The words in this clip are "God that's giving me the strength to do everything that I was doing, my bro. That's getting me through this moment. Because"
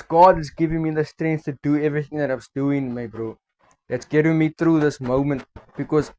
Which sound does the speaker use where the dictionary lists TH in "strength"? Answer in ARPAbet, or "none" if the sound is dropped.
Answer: S